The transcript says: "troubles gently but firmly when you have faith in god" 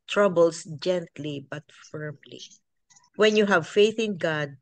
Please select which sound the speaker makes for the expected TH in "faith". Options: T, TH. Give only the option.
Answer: TH